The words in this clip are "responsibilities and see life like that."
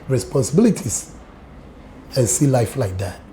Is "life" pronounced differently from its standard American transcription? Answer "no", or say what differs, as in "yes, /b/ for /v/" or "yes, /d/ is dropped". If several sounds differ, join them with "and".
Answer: no